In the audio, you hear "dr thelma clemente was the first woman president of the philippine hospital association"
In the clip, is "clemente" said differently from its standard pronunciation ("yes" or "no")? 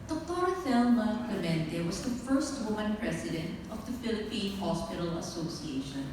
yes